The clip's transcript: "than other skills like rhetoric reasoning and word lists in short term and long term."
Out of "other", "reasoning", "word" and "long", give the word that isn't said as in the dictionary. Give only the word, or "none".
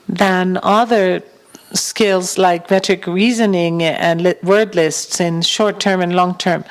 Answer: none